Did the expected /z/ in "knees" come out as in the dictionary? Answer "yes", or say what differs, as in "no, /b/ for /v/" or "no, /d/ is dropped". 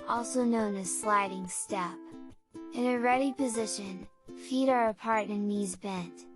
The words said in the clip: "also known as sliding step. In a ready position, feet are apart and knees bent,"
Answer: yes